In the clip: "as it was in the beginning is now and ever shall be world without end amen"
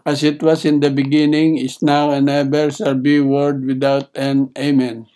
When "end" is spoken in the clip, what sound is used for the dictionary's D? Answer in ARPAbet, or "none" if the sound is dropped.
none